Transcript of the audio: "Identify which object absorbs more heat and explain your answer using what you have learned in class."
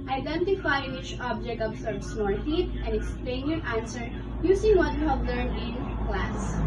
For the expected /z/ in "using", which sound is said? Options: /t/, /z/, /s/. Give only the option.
/s/